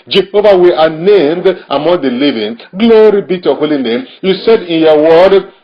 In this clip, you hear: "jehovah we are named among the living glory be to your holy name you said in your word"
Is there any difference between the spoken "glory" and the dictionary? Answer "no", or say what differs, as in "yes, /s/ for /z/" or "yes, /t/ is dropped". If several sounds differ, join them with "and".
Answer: no